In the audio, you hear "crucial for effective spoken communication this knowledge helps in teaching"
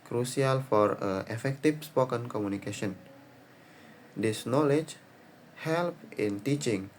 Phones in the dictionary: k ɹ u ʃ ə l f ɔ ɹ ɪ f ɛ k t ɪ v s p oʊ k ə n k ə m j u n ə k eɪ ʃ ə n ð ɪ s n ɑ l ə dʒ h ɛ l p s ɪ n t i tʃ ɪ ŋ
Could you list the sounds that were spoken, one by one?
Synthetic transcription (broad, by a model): k ɹ u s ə l f ɔ ɹ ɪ f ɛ k t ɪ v s p oʊ k ə n k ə m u n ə k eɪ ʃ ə n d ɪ s n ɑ l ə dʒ h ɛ l p ɪ n t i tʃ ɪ ŋ